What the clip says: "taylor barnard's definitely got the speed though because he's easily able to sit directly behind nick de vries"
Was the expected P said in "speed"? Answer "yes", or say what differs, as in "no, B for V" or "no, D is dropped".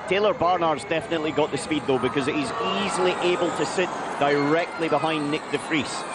yes